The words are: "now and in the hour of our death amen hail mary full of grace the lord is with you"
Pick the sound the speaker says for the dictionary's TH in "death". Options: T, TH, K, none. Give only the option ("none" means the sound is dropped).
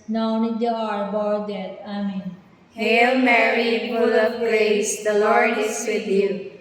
T